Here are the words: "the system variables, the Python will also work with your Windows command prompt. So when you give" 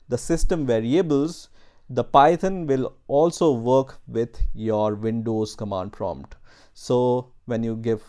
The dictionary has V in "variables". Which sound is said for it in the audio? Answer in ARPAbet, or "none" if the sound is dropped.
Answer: V